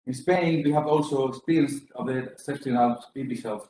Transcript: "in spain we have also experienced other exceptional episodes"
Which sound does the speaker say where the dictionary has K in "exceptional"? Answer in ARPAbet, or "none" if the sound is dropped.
none